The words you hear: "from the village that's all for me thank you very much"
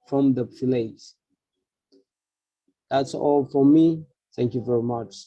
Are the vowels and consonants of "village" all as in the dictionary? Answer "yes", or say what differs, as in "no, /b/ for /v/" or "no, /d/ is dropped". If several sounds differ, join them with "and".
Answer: no, /f/ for /v/